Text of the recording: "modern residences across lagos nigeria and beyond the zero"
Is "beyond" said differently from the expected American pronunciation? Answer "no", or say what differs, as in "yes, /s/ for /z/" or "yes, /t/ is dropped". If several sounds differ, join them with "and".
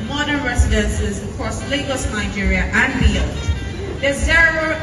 yes, /l/ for /n/